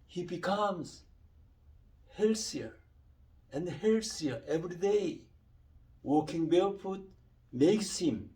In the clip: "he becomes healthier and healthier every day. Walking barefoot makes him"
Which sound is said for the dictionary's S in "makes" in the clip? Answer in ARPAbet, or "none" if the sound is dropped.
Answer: S